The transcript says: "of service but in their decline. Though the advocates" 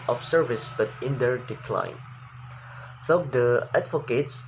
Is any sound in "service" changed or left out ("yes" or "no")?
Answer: no